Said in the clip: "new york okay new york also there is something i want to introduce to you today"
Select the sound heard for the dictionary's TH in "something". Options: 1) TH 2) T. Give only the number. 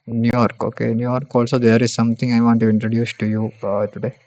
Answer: 2